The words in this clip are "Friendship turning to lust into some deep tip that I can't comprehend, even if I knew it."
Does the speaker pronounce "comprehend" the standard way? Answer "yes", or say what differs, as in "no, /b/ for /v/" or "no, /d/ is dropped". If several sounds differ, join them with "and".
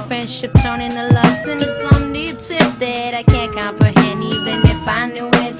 no, /d/ is dropped